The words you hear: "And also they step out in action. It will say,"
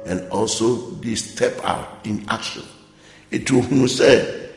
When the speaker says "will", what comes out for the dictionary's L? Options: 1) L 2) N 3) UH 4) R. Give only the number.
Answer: 2